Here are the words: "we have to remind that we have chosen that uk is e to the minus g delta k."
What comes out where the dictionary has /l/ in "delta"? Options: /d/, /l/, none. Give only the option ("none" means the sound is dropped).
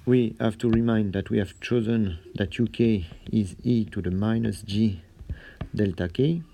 /l/